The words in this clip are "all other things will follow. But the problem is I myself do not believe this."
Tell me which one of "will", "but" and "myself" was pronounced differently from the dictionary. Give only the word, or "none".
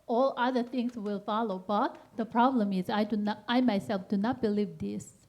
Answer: none